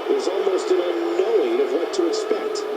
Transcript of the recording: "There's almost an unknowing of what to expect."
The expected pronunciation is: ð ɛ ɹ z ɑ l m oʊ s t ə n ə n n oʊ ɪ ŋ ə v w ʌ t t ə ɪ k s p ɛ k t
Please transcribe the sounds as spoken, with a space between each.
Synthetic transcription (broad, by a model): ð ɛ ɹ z ɑ l m oʊ s t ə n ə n n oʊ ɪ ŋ ə v w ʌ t t ə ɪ k s p ɛ k t